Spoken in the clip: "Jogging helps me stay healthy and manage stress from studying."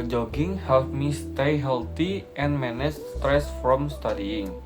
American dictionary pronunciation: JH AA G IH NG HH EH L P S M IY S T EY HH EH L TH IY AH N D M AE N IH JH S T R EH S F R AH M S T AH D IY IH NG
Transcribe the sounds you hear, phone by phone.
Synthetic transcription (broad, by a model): JH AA G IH NG HH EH L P M IY S T EY HH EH L T IY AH N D M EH N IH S S T R EH S F R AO M S T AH D IY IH NG